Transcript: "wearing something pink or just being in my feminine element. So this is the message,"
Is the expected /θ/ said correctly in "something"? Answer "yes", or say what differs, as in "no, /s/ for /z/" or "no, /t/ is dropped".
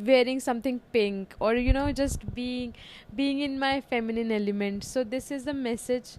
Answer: no, /t/ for /θ/